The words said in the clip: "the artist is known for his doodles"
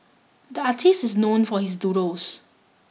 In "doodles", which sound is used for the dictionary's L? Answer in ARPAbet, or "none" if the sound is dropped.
none